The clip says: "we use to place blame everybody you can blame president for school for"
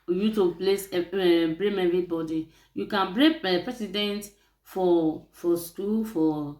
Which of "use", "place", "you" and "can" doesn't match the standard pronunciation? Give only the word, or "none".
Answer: use